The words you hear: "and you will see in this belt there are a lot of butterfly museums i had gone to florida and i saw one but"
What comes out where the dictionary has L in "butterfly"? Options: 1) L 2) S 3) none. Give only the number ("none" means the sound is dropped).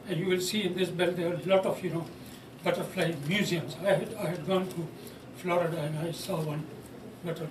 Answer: 1